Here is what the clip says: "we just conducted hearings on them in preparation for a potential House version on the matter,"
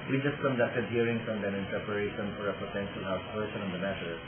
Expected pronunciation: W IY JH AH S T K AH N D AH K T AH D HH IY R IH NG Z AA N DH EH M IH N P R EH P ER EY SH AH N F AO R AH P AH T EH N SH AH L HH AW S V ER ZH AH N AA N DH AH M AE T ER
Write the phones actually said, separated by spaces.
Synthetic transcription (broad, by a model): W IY JH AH S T K AH N D AH K T AH D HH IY R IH NG S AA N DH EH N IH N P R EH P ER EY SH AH N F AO R AH P AH T EH N SH AH L HH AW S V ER SH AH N AA N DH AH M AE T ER